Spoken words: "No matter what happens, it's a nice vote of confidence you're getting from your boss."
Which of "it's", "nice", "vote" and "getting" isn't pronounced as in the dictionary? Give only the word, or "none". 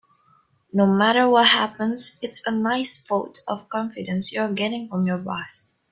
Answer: vote